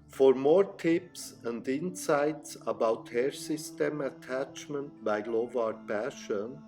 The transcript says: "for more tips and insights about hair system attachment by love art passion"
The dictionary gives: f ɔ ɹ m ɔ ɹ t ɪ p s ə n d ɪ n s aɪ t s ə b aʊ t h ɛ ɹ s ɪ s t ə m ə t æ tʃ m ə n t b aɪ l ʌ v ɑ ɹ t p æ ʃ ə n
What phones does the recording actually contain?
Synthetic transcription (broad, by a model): f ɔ ɹ m ɔ ɹ t ɪ p s ə n d ɪ n s aɪ t s ə b aʊ t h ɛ ɹ s ɪ s t ə m ə t æ tʃ m ə n t b aɪ l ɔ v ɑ ɹ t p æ ʃ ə n